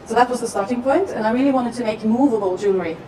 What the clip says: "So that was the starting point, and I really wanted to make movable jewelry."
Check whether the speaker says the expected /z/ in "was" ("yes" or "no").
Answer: yes